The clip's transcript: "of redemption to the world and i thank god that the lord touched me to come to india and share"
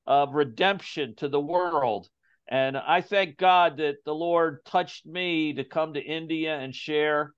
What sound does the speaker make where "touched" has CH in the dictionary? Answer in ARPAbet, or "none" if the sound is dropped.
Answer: CH